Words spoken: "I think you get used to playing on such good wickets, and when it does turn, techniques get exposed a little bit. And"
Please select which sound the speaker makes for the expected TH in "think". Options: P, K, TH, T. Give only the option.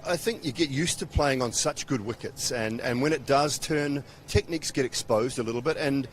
TH